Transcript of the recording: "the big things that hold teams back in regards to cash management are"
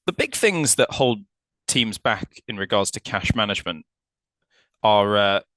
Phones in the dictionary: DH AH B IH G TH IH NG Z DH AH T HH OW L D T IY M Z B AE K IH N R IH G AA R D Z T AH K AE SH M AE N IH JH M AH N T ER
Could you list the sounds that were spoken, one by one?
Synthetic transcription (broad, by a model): DH AH B IH G TH IH NG Z DH AH T HH OW L D T IY M Z B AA K IH N R IH G AA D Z T AH K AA SH M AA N IH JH M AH N T ER